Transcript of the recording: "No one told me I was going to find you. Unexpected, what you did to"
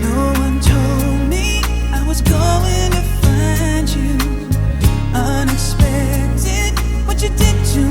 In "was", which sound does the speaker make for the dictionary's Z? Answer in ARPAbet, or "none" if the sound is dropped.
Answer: Z